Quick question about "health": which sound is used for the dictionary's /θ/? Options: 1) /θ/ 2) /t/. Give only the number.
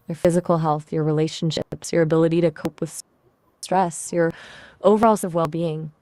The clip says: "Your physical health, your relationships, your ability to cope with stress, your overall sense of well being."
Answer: 1